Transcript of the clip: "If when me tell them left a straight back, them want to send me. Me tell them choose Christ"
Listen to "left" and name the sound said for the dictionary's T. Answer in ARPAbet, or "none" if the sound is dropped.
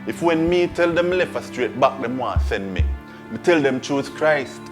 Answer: none